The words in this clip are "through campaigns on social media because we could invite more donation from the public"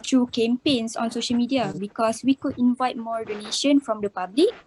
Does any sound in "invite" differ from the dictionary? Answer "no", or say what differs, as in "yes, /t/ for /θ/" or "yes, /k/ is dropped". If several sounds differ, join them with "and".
no